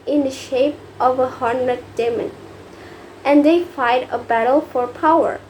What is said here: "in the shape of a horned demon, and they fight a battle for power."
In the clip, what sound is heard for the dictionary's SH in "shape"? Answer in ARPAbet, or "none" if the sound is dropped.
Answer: SH